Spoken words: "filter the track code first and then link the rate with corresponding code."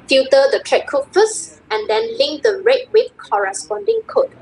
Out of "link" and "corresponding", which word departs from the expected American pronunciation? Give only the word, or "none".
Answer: none